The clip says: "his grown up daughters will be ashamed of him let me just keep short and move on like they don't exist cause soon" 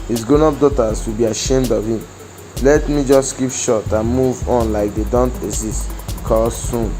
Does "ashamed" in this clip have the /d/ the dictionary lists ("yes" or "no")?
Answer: yes